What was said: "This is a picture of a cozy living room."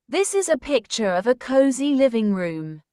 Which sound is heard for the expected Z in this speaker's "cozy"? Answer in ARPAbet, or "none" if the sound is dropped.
Z